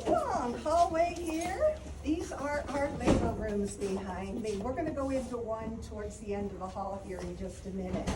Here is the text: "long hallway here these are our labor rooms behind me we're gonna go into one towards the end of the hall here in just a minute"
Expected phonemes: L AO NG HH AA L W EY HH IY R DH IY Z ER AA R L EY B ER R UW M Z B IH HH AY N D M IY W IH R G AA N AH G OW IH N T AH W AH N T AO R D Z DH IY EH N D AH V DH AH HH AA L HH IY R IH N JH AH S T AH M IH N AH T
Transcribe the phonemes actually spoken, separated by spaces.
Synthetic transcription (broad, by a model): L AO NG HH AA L W EY HH IY R DH IY Z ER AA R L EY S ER R UW M Z B IH HH AY N D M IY W IH R G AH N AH G OW IH N T AH W AH N T AO R D Z DH IY EH N D AH V DH AH HH AA L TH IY R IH JH AH S T AH M IH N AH T